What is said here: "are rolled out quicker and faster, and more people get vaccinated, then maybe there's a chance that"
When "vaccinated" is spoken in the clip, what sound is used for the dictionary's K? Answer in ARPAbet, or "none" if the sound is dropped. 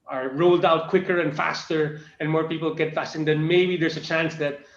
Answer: none